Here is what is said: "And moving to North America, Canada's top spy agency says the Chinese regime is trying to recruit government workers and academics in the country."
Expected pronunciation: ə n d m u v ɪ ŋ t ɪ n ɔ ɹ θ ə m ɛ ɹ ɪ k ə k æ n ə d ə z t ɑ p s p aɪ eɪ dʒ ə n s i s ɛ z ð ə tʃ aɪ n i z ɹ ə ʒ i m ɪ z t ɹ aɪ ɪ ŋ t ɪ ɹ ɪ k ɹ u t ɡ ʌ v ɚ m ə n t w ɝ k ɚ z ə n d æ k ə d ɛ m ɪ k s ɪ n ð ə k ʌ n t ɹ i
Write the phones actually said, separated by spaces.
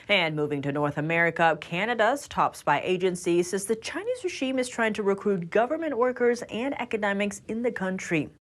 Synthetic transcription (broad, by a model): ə n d m u v ɪ ŋ t ɪ n ɔ ɹ θ ə m ɛ ɹ ɪ k ə k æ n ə d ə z t ɑ p s b aɪ eɪ dʒ ə n s i s ɛ z ð ə tʃ aɪ n i z ɹ ə ʒ i m ɪ z t ɹ aɪ ɪ ŋ t ɪ ɹ ɪ k ɹ u t ɡ ʌ v ɚ m ə n t w ɝ k ɚ z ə n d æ k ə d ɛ m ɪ k s ɪ n ð ə k ʌ n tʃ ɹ i